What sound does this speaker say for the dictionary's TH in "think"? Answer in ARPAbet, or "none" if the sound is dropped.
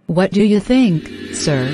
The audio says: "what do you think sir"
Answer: TH